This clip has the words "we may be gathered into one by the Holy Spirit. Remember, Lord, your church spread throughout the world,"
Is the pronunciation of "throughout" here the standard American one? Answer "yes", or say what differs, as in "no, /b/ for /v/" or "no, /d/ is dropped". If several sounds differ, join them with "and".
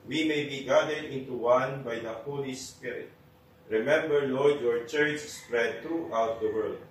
no, /t/ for /θ/